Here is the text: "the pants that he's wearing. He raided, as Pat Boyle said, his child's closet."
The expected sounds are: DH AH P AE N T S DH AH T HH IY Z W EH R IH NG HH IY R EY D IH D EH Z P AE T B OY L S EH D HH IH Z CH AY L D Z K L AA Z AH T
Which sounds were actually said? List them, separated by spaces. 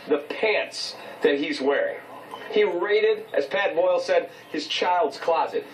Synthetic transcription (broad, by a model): DH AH P AE N T S DH AH T HH IY Z W EH R IH NG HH IY R EY D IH D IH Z P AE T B OY L S EH D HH IH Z CH AY L D Z K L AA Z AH T